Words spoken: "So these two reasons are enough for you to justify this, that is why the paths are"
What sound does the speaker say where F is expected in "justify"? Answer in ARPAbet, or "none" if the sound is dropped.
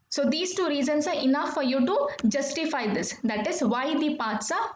F